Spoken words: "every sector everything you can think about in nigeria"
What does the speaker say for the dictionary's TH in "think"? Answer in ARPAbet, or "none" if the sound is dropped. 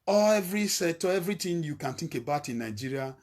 T